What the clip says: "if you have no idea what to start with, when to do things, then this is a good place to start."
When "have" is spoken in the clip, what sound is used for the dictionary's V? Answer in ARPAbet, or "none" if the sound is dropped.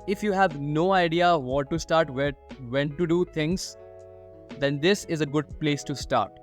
V